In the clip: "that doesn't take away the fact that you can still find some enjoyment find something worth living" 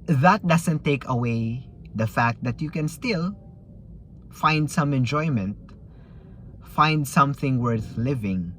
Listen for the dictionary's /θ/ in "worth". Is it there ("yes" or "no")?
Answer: yes